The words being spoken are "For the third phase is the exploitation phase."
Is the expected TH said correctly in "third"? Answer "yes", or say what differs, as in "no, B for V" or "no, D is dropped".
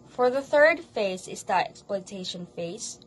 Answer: yes